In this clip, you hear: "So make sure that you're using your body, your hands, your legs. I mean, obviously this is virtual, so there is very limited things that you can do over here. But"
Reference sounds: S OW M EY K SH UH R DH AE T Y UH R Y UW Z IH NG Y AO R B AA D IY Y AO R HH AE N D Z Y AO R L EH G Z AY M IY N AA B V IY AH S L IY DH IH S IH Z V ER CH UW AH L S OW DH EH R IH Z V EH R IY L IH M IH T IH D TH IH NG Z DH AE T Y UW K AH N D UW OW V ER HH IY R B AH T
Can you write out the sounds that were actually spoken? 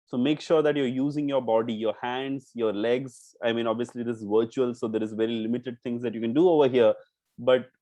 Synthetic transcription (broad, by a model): S OW M EY K SH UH R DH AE T Y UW R Y UW Z IH NG Y AO R B AA D IY Y AO R HH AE N D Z Y AO R L EH G Z AY M IY N AA B V IY AH S L IY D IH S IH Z V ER CH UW AH L S OW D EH R IH Z V EH R IY L IH M IH T IH D T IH NG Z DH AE T Y UW K AH N D UW OW V ER HH IY R B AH T